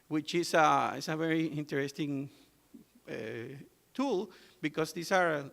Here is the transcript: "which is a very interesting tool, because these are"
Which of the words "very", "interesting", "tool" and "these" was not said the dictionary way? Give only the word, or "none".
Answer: these